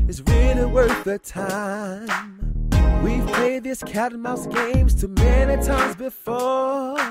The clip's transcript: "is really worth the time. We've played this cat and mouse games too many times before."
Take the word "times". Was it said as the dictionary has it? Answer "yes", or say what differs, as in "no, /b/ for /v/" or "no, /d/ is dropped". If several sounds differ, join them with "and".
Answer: yes